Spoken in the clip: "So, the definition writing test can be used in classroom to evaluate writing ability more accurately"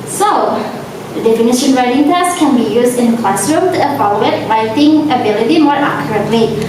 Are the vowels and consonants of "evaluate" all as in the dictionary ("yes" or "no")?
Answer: no